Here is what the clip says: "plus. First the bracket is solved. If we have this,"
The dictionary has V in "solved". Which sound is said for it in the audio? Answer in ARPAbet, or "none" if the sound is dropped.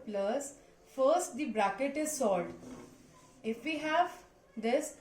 none